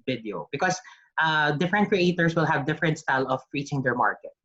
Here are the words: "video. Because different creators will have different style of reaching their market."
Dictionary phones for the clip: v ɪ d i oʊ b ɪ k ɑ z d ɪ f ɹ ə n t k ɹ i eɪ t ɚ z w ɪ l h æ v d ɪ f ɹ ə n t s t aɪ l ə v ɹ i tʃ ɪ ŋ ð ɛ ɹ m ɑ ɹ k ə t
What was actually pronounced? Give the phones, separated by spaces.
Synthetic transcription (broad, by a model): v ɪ d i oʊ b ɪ k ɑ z d ɪ f ɹ ə n t k ɹ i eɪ t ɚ s w ɪ l h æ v d ɪ f ɹ ə n t s t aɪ l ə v ɹ i tʃ ɪ ŋ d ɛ ɹ m ɑ ɹ k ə t